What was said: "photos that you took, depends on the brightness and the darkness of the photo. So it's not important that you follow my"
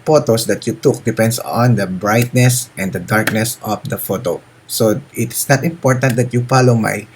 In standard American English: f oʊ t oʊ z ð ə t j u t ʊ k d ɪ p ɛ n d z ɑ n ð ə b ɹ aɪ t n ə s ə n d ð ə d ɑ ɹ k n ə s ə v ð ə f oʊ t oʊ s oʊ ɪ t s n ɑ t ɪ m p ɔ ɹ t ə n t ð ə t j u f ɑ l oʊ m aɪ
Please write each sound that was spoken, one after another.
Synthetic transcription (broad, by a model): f oʊ t oʊ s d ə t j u t ʊ k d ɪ p ɛ n d s ɑ n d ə b ɹ aɪ t n ə s ə n d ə d ɑ ɹ k n ə s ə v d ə f oʊ t oʊ s oʊ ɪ t s n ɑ t ɪ m p ɔ ɹ t ə n t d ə t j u f ɑ l oʊ m aɪ